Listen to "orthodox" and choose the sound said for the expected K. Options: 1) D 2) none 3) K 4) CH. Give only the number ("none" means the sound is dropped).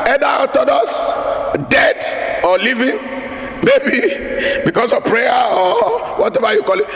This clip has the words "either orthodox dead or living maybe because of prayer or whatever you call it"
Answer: 2